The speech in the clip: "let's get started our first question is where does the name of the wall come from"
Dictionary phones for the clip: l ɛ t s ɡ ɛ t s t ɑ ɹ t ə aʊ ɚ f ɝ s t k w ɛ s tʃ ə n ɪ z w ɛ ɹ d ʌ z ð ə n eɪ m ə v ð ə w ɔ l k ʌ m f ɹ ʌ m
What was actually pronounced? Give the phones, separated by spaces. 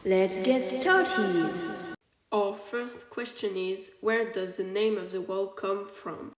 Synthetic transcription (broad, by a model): l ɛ t s ɡ ɛ t s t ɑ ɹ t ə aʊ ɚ f ɝ s t k w ɛ s tʃ ə n ɪ z w ɛ ɹ d ʌ z ð ə n eɪ m ə v ð ə w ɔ l k ʌ m f ɹ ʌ m